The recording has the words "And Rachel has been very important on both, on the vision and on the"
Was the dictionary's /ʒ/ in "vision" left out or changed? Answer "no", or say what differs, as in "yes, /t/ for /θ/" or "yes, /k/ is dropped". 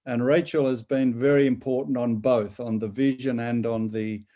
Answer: no